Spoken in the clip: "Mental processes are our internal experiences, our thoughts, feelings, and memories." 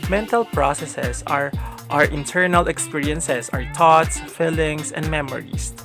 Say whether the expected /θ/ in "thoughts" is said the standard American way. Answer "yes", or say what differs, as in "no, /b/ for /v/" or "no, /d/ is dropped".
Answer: no, /t/ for /θ/